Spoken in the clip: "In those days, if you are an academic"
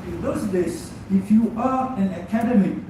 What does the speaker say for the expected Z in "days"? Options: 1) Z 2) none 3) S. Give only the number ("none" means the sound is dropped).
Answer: 3